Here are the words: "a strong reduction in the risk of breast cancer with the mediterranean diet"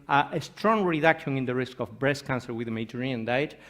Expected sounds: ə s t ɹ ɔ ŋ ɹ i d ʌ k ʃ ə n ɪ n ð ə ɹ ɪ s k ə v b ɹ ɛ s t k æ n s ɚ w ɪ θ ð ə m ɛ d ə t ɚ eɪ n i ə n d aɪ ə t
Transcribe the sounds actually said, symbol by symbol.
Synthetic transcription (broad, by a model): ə s t ɹ ɔ ŋ ɹ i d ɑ k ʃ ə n ɪ n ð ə ɹ ɪ s k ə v b ɹ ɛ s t k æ n s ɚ w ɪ ð ə m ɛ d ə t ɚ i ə n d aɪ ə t